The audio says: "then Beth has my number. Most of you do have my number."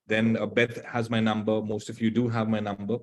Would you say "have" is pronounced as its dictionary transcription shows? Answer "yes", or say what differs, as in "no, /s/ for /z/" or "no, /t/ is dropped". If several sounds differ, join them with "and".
yes